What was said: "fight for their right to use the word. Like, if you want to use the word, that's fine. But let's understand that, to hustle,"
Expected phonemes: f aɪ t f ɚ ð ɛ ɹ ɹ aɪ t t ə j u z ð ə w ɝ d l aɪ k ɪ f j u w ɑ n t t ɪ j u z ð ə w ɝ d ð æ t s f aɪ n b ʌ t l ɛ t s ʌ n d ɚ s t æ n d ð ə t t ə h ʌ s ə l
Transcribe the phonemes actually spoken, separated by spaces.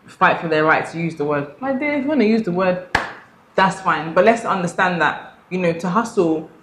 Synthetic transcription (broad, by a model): f aɪ t f ɚ ð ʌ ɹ ɹ aɪ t t ə j u z ð ə w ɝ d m aɪ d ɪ w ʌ n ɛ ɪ j u z ð ə w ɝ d ð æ t s f aɪ n b ʌ t l ɛ t s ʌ n d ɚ s t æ n ð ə t t ə h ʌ s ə l